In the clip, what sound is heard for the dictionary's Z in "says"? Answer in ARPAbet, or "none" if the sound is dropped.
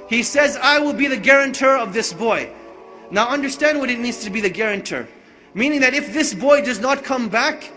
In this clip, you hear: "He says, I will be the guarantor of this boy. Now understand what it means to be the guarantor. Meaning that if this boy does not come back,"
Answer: Z